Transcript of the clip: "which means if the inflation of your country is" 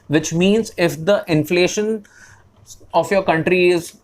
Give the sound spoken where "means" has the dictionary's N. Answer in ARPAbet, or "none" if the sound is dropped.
N